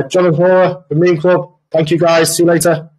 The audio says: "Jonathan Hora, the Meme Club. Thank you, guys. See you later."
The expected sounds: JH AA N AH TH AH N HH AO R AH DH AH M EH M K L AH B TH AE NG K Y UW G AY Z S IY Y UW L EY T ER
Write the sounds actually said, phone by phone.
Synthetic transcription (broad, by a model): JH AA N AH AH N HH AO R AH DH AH M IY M K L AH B TH AE NG K Y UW G AY Z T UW L EY T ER